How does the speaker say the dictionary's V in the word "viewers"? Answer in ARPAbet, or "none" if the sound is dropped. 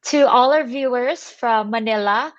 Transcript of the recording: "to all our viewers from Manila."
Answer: V